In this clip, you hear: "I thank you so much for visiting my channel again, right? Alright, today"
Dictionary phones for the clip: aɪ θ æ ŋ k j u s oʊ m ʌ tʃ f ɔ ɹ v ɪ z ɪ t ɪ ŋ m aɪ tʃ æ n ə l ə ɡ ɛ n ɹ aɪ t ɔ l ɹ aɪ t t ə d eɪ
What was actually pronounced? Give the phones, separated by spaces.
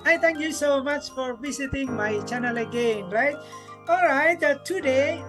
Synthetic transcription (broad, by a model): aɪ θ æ ŋ k j u s oʊ m ʌ tʃ f ɔ ɹ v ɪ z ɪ t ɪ ŋ m aɪ tʃ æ n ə l ə ɡ ɛ n ɹ aɪ t ɔ l ɹ aɪ t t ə d eɪ